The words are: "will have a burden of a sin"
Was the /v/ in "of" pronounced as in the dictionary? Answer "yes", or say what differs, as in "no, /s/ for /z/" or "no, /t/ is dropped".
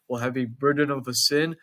yes